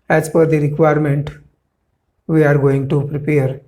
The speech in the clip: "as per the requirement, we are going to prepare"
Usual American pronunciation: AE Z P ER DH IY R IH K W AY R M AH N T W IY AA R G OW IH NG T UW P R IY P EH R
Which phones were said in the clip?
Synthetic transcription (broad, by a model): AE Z F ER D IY R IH K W AY R M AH N T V IY AA R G OW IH NG T UW P R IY P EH R